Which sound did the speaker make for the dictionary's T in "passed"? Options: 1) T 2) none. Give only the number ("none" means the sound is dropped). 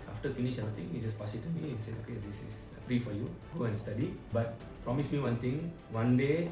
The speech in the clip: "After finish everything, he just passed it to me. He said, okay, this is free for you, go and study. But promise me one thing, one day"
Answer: 2